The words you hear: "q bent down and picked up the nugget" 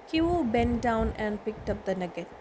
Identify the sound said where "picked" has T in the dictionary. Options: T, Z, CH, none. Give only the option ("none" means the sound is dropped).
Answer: T